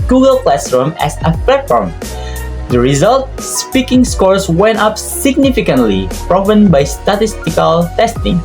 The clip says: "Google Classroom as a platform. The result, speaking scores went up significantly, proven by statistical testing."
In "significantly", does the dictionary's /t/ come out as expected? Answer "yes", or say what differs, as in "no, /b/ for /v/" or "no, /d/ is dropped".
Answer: yes